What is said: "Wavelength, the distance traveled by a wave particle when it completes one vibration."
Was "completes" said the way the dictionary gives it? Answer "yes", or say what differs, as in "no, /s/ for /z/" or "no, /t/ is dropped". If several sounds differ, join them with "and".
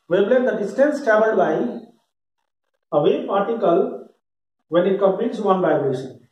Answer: no, /l/ is dropped